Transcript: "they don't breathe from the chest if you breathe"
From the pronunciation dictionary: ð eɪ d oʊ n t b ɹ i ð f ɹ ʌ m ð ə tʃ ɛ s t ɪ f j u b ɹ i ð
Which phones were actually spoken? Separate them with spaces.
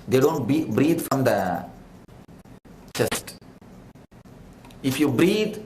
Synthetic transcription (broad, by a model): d eɪ d oʊ n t b ɹ i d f ɹ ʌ m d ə tʃ ɛ s t ɪ f j u b ɹ i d